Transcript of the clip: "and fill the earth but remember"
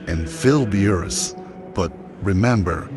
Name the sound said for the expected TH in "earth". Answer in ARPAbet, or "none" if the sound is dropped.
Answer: S